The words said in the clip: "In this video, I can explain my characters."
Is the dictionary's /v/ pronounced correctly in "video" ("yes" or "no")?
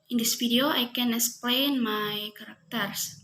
no